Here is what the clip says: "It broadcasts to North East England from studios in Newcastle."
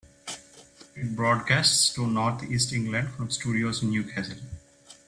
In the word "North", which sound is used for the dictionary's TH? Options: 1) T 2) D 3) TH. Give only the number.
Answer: 1